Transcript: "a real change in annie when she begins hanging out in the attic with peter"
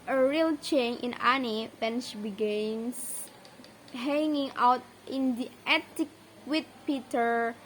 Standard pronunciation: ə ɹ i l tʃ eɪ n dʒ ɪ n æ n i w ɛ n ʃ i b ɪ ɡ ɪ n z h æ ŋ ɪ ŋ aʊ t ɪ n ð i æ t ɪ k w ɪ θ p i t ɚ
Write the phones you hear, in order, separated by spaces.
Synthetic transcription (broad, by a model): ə ɹ i l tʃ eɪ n ɪ n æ n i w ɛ n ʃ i b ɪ ɡ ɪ n s h æ ŋ ɪ ŋ aʊ t ɪ n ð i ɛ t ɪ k w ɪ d p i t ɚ